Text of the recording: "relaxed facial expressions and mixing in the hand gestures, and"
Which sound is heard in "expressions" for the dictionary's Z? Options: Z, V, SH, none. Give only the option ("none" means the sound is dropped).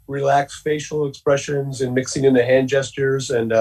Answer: Z